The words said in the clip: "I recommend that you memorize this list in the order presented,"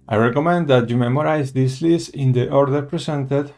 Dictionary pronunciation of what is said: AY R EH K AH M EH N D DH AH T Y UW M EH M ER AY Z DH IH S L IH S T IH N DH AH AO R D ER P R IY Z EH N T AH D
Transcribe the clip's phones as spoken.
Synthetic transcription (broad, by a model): AY R EH K AH M EH N D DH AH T Y UW M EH M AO AY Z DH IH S L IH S IH N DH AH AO R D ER P R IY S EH N T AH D